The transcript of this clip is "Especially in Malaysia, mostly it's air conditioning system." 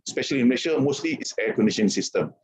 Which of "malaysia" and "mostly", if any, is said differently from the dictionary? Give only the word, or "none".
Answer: malaysia